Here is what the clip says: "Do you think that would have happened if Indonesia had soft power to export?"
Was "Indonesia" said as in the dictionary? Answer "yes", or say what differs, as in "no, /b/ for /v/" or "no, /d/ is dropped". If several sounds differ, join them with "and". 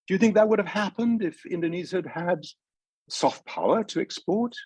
no, /z/ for /ʒ/